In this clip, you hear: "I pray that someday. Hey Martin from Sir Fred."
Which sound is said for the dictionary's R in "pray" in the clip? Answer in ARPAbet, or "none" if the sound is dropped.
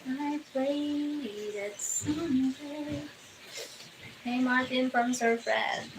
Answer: L